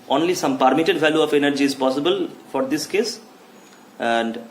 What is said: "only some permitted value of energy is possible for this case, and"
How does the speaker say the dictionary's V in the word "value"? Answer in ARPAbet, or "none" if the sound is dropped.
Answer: V